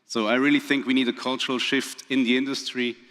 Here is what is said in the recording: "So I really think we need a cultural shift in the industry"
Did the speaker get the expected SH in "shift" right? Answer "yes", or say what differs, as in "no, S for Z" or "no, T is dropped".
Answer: yes